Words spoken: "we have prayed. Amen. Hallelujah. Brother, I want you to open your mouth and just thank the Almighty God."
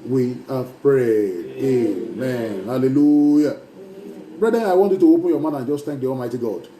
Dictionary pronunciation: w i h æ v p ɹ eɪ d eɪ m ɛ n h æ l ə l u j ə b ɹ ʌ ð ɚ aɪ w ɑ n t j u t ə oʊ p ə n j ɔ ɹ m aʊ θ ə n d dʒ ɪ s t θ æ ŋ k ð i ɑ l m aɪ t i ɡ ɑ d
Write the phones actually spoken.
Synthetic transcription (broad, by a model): w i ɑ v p ɹ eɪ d eɪ m ɛ n h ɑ l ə l u j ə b ɹ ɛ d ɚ aɪ w ɑ n t j u t ə oʊ p ə n j ɔ m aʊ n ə n dʒ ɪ s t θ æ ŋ k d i ɑ l m aɪ t i ɡ ɑ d